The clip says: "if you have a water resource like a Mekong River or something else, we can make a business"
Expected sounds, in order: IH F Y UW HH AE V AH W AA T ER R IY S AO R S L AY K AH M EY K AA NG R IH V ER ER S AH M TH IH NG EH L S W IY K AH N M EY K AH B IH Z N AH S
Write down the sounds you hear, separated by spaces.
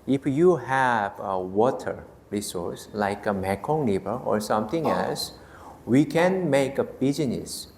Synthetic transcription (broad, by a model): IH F Y UW HH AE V AH W AA T ER R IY S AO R S L AY K AH M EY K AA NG L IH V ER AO S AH M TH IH NG EH L S W IY K AH N M EY K AH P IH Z N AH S